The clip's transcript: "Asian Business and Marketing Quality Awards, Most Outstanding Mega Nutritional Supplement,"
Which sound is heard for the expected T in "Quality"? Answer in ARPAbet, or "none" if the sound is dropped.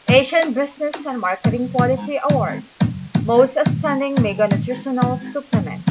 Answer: S